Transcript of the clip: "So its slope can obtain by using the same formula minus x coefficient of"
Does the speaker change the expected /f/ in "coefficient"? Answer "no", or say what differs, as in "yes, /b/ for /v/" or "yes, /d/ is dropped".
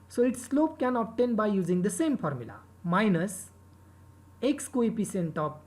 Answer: yes, /p/ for /f/